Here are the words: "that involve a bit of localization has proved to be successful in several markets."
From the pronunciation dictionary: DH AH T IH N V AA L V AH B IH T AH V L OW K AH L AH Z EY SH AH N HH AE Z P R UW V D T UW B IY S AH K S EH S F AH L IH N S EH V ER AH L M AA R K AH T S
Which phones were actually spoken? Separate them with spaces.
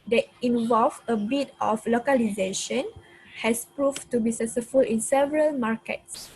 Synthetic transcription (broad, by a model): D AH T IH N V AA L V AH B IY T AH F L OW K AH L AH Z EY SH AH N HH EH S P R UW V T UW B IY S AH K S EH F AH L IH N S EH V ER AH L M AA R K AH T S